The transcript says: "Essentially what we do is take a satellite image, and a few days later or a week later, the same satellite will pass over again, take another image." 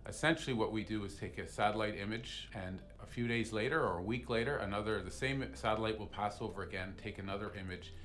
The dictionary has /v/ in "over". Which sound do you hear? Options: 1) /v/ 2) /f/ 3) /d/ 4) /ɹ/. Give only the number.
1